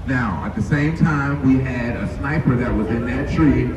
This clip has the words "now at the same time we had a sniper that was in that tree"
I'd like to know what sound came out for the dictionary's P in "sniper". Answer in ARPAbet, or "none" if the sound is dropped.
P